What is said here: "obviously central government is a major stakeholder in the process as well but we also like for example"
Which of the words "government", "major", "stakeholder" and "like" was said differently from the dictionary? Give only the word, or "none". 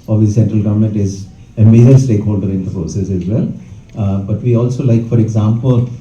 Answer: none